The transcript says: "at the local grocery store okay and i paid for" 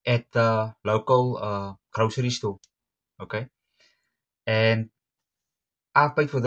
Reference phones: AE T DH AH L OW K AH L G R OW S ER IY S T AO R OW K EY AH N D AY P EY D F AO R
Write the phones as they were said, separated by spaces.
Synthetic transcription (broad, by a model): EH T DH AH L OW K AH L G R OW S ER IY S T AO L OW K EY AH N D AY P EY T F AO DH